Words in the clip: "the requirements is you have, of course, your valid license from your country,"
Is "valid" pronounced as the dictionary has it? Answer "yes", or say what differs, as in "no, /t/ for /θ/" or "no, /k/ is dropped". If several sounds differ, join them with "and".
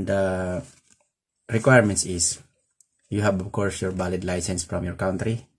no, /b/ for /v/